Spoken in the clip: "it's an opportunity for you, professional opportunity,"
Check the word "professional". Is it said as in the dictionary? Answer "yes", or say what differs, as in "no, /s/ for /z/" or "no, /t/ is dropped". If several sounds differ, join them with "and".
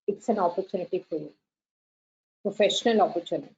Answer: yes